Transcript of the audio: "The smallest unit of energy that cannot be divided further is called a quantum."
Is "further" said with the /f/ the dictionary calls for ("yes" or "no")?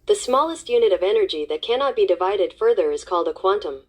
yes